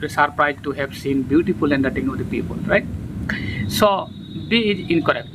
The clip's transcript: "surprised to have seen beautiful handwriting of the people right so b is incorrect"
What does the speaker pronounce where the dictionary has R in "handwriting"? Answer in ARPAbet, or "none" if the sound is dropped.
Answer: none